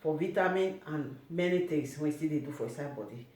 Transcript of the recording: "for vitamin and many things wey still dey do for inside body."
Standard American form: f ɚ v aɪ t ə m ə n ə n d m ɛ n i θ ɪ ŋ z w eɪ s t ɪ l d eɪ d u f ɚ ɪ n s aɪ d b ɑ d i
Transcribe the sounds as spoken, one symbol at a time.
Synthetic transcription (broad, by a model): f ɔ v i t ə m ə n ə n m ɛ n i t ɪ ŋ s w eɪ s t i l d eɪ d u f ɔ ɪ s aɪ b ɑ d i